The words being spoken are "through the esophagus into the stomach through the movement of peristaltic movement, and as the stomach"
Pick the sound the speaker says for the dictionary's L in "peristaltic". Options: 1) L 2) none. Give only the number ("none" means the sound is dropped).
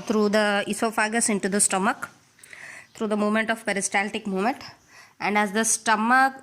1